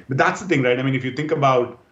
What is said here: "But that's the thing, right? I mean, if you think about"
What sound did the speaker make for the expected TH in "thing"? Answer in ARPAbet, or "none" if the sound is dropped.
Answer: T